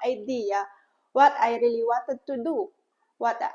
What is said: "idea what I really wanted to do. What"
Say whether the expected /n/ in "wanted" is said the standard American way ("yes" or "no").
no